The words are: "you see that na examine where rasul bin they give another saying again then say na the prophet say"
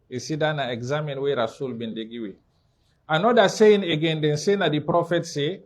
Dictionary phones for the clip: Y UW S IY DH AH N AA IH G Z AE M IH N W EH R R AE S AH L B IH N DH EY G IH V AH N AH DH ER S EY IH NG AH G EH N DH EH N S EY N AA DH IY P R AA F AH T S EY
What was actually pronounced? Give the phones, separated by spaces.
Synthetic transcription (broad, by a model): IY S IY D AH N AA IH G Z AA M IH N W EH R R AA S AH L B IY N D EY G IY W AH N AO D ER S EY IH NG AH G EH N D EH N S EY N AA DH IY P R AA F AH T S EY